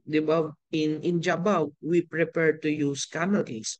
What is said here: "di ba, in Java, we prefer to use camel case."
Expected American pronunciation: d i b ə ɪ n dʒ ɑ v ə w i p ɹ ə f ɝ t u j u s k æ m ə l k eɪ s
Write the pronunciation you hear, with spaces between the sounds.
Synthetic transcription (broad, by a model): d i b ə ɪ n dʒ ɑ b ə w i p ɹ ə p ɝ t u j u s k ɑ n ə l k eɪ s